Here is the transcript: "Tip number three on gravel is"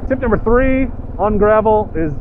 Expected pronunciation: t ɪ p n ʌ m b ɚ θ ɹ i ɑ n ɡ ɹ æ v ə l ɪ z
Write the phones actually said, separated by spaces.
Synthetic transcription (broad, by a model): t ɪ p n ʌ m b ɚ θ ɹ i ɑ n ɡ ɹ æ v l ɪ z